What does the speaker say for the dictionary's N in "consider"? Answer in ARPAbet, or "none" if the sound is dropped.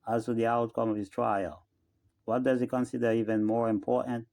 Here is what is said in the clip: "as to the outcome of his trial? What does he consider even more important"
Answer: N